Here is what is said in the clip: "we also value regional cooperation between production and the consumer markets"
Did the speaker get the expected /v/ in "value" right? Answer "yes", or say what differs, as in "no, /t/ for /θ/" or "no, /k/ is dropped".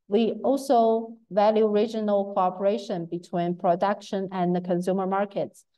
yes